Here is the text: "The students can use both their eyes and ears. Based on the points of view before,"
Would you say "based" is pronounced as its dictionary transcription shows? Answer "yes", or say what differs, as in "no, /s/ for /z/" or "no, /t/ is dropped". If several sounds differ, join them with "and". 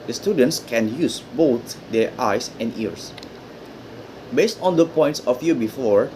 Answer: yes